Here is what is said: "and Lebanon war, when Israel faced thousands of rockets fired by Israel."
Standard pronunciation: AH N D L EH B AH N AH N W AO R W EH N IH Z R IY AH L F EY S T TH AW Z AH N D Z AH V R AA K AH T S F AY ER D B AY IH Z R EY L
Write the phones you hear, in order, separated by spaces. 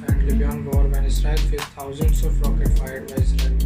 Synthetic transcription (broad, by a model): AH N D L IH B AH AH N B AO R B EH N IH S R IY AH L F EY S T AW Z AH N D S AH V R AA K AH T F AY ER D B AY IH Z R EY